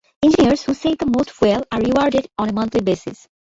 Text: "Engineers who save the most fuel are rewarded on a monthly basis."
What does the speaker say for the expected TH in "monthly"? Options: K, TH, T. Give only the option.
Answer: T